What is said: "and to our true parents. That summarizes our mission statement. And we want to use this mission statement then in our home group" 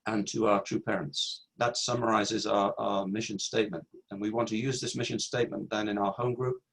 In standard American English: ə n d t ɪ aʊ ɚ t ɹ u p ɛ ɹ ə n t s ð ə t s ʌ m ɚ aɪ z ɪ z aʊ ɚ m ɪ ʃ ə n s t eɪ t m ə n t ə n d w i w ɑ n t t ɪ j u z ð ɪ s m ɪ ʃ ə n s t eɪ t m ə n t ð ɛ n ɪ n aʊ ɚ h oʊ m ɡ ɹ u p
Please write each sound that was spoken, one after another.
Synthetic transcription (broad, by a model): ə n t ɪ aʊ ɚ t ɹ u p ɛ ɹ ə n t s ð ə t s ʌ m ɚ aɪ z ɪ z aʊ ɚ m ɪ ʃ ə n s t eɪ t m ə n t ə n w i w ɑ n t t ɪ j u z ð ɪ s m ɪ ʃ ə n s t eɪ t m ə n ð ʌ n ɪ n aʊ ɚ h oʊ m ɡ ɹ u p